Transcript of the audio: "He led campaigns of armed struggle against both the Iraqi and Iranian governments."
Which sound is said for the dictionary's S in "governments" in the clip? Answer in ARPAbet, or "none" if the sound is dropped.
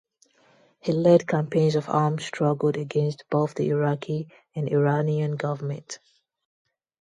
none